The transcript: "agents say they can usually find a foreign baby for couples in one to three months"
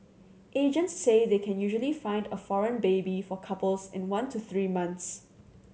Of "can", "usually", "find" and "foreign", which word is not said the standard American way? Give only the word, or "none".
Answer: none